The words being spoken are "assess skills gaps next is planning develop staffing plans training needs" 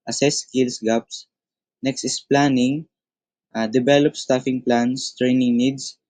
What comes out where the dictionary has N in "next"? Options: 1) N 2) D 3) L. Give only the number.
1